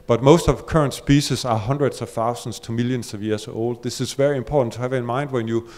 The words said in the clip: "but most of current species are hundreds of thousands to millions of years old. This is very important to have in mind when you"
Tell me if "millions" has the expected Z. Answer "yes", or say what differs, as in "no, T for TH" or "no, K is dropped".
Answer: no, S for Z